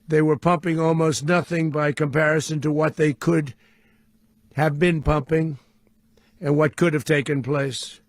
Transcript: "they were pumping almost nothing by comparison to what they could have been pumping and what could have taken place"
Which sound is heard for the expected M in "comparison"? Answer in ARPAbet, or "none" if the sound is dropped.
M